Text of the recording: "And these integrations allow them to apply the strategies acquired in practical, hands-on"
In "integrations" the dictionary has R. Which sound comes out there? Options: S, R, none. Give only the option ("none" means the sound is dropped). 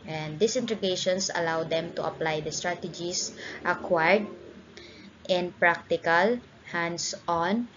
none